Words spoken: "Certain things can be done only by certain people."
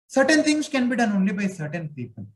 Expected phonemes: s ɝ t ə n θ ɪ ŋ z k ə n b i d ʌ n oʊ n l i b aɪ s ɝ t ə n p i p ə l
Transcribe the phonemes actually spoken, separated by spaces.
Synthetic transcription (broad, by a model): s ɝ t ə n t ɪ ŋ s k ə n b i d ʌ n oʊ n l i b aɪ s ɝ t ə n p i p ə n